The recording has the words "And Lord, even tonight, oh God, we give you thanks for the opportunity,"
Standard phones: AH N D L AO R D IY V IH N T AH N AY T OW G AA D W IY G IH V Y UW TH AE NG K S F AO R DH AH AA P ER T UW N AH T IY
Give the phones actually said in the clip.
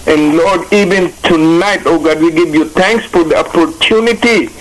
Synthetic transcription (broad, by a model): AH N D L AO R D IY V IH N T AH N AY T OW G AA D W IY G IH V Y UW T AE NG K S F AO R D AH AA P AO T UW N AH T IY